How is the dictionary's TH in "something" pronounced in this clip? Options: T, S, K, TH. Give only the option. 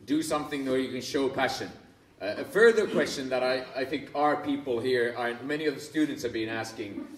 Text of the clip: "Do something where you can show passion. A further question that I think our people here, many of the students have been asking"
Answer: TH